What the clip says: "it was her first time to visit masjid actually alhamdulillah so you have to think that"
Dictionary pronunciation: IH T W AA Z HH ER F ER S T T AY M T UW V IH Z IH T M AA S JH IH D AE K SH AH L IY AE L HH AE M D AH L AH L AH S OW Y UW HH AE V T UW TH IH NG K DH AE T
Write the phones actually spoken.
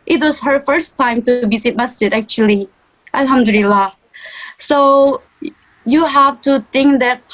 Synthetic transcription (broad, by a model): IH T W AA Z HH ER F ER S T T AY M T UW B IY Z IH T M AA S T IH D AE K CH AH L IY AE L HH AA M D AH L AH L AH S OW Y UW HH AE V T UW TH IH NG K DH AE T